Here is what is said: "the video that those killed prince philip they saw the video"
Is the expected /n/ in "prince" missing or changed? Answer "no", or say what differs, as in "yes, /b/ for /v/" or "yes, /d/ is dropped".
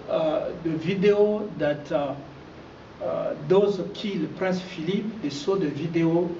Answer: yes, /n/ is dropped